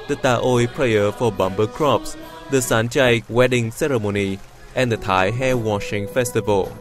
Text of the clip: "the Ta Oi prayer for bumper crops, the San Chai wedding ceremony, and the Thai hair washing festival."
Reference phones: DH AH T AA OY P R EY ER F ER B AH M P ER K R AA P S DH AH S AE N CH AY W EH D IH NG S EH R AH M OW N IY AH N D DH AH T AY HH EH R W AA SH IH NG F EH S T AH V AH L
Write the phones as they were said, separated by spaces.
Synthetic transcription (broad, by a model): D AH T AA OY P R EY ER F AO B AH M B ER K R AA P S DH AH S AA N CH AY W EH D IH NG S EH R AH M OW N IY AH N D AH T AY HH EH W AA SH IH NG F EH S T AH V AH L